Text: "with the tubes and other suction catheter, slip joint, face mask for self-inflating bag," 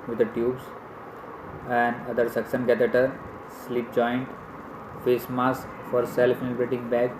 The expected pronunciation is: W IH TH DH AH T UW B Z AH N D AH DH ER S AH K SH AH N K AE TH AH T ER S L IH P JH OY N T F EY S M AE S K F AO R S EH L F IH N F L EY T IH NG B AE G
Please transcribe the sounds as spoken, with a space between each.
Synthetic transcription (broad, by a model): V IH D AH T UW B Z AH N D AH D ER S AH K S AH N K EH T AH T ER S L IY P JH OY N T F EY S M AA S F AO R S EH L F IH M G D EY T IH NG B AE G